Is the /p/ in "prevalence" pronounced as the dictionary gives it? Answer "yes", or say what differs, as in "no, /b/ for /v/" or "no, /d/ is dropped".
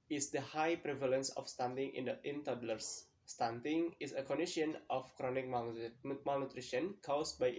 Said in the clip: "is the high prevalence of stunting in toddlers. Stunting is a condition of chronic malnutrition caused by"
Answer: yes